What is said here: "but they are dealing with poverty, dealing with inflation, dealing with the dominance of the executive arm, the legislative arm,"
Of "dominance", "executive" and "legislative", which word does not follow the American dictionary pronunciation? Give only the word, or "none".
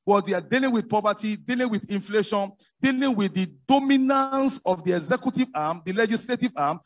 none